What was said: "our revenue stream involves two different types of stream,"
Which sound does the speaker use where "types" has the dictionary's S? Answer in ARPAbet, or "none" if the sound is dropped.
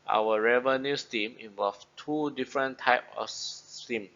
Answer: none